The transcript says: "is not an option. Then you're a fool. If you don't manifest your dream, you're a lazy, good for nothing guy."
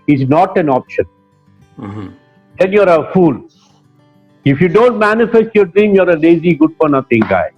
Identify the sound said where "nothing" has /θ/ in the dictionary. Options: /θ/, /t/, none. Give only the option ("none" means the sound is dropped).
/t/